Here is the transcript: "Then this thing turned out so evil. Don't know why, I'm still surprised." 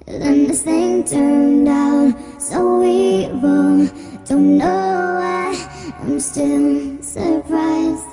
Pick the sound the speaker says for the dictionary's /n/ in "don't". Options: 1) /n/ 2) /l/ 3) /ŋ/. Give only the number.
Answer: 1